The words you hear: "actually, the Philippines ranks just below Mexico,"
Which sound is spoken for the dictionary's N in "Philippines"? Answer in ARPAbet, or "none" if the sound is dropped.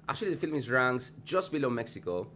none